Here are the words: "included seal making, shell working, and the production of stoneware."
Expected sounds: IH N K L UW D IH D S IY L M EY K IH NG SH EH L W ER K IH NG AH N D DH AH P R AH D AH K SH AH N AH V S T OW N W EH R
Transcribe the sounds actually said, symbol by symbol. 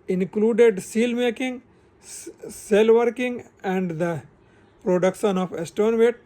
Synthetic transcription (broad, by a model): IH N K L UW D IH D S IY L M EY K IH NG S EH L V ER K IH NG AH N D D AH P R AH D AH K SH AH N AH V S T OW N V EH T